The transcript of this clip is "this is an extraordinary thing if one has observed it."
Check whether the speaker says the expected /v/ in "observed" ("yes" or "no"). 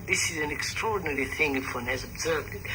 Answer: yes